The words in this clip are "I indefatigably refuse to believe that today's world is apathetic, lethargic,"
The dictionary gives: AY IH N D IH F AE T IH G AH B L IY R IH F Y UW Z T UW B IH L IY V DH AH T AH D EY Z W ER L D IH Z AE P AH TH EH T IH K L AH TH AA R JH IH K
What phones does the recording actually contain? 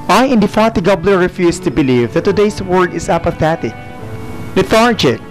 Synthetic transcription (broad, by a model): AY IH N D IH F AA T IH G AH B L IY R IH F Y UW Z T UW B IH L IY V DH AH T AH D EY S W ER D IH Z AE P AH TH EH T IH K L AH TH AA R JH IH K